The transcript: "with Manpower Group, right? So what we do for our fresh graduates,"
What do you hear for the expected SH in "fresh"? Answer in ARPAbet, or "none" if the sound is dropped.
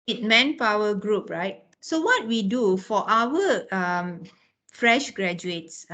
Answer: SH